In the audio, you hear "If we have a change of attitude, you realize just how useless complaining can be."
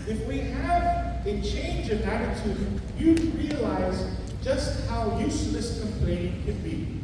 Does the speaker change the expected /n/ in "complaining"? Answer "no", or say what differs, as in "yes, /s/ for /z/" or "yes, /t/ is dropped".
yes, /n/ is dropped